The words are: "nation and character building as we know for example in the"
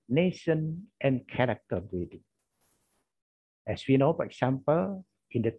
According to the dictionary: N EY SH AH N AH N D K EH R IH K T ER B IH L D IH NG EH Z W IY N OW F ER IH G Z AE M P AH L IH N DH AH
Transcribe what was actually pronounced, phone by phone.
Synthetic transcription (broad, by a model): N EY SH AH N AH N K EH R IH K T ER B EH D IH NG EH S W IY N OW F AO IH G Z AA M P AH L IH N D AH